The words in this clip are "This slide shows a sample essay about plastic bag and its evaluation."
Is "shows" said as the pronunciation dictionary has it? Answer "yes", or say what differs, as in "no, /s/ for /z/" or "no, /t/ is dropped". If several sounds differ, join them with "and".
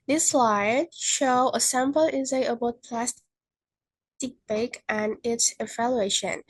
no, /z/ is dropped